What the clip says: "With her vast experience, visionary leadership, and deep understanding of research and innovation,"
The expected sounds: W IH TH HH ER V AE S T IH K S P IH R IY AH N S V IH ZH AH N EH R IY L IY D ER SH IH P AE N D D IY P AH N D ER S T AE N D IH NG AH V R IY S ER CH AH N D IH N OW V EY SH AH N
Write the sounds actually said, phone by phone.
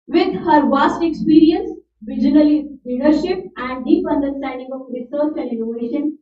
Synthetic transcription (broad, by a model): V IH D HH ER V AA S T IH K S P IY R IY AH N S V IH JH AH N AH L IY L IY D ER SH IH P AE N D D IY P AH N D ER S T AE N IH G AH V R IY S ER CH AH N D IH N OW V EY SH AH N